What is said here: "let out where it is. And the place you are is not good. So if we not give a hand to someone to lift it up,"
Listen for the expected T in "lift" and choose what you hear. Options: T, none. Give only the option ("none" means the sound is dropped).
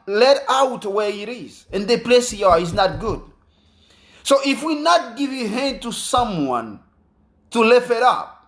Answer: none